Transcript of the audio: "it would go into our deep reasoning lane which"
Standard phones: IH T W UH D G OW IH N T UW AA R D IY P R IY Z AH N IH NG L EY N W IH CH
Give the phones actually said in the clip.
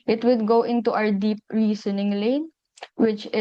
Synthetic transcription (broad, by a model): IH T W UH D G OW IH N T UW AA W D IY P R IY S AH N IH NG L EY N W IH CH